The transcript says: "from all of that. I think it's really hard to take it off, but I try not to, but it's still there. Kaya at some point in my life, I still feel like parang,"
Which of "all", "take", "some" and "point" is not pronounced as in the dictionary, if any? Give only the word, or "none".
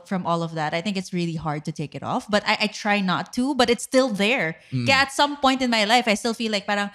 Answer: none